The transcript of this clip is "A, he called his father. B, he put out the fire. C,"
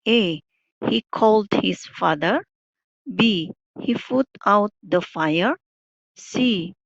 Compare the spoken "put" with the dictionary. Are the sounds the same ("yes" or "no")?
no